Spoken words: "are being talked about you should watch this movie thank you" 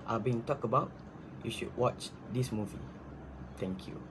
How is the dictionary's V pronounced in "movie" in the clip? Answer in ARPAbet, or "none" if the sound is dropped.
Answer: V